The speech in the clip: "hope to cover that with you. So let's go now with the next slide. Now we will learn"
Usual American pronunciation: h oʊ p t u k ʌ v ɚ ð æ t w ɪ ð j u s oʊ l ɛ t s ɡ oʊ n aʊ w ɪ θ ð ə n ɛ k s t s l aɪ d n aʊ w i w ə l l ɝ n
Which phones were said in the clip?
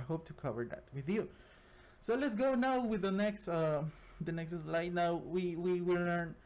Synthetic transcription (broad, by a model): h oʊ p t u k ʌ v ɚ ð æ t w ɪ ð j u s oʊ l ɛ t s ɡ oʊ n aʊ w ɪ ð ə n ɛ k s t s l aɪ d n aʊ w i w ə w l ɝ n